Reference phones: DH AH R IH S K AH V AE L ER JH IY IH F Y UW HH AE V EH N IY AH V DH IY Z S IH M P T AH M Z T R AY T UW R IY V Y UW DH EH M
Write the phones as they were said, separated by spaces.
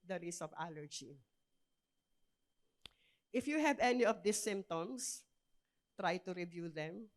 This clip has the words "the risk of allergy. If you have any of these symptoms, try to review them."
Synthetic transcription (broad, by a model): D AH R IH S AH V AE L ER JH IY IH F Y UW HH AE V EH N IY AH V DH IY S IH M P T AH M S T R AY T UW R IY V Y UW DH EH M